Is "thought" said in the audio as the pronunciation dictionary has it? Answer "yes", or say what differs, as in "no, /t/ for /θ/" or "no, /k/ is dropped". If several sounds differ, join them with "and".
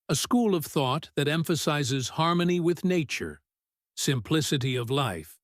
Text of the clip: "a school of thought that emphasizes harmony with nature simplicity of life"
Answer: yes